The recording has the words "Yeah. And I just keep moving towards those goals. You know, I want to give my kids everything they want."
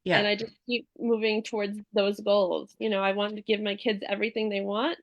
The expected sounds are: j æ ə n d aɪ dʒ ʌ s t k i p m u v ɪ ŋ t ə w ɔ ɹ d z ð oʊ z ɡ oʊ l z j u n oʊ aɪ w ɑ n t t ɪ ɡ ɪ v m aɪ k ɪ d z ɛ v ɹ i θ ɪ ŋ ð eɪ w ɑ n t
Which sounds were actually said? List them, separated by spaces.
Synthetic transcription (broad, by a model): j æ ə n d aɪ dʒ ʌ s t k i p m u v ɪ ŋ t ə w ɔ ɹ d z ð oʊ z ɡ oʊ l z j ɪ n oʊ aɪ w ɑ n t t ɪ ɡ ɪ v m aɪ k ɪ d z ɛ v ɹ i θ ɪ ŋ ð eɪ w ɑ n t